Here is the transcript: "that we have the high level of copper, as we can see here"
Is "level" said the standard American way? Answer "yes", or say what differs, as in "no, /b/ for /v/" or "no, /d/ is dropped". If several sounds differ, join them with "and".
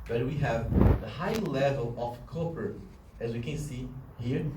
yes